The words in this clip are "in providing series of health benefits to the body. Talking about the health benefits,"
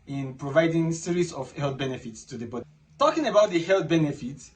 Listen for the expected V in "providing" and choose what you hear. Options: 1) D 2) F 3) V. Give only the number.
3